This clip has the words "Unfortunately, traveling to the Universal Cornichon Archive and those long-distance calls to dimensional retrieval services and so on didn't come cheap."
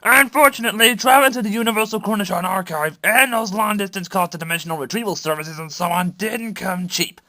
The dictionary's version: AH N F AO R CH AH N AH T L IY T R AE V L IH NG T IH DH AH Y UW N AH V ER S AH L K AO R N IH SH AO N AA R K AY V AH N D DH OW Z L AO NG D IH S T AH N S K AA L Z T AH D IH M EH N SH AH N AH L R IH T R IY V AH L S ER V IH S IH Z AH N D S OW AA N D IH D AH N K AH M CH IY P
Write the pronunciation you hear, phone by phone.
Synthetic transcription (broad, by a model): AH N F AO R CH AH N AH T L IY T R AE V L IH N T IH DH AH Y UW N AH V ER S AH L K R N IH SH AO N AA R K AY V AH N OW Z L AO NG D IH S T AH N S K AA Z T AH D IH M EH N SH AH N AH L R IH T R IY V AH L S ER V IH S IH Z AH N S OW AA N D IH D N K AH M CH IY P